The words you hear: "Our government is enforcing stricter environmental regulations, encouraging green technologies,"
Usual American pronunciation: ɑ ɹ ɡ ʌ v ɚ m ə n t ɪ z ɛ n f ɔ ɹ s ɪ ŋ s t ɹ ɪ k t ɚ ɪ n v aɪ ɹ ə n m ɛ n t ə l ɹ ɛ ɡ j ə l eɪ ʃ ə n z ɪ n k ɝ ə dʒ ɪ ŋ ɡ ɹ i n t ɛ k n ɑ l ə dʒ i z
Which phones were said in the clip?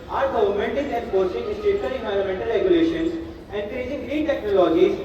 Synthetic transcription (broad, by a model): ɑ ɹ ɡ ʌ v ɚ m ə n t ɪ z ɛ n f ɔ ɹ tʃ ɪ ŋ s t ɛ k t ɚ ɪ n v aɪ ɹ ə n m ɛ n t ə l ɹ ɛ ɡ j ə l eɪ ʃ ə n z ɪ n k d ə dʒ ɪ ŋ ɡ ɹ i t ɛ k n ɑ l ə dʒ i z